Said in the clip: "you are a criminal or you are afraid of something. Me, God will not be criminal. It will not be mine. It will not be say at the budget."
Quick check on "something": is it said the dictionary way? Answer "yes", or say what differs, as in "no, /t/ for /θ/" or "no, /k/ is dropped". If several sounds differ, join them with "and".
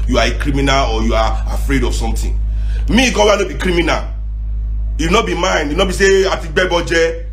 no, /t/ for /θ/